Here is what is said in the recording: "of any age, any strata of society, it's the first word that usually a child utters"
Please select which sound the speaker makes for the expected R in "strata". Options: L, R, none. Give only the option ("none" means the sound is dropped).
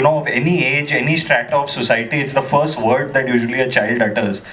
R